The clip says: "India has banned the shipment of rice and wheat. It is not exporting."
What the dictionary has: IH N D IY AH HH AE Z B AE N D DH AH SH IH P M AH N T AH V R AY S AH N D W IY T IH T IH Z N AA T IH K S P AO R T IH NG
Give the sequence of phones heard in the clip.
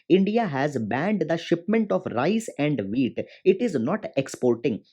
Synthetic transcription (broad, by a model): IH N D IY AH HH AE Z B AE N D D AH SH IH P M AH N T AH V R AY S AH N D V IY T IH T IH Z N AA T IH K S P AO R T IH NG